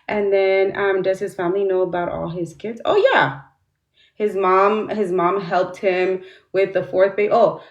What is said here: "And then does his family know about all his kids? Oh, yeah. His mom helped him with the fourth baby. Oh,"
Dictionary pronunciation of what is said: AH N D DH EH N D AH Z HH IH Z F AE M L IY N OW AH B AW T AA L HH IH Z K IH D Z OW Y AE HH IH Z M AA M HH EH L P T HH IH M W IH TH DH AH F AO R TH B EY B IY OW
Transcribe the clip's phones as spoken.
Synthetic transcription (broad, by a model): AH N DH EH N D AH Z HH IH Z F AE M L IY N OW AH B AW T AA L IH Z K IH D Z OW Y AE HH IH Z M AA M HH EH L P T HH IH M W IH DH AH F AO R TH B EY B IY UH